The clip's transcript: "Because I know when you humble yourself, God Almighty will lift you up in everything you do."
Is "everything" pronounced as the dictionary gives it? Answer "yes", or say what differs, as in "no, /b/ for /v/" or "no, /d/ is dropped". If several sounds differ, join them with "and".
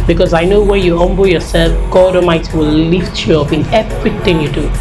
no, /t/ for /θ/